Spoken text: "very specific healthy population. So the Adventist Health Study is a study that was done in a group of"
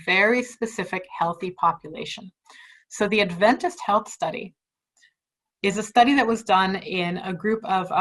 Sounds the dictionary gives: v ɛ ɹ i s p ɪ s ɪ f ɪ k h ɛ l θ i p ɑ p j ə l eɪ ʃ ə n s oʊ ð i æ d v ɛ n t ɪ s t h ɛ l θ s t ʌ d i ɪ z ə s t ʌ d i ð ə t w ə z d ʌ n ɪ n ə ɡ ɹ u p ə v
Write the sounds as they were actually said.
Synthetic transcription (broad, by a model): v ɛ ɹ i s p ɪ s ɪ f ɪ k h ɛ l θ i p ɑ p j ə l eɪ ʃ ə n s oʊ ð i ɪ d v ɛ n t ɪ s t h ɛ l θ s t ʌ d i ɪ z ə s t ʌ d i ð ə t w ə z d ʌ n ɪ n ə ɡ ɹ u p ə v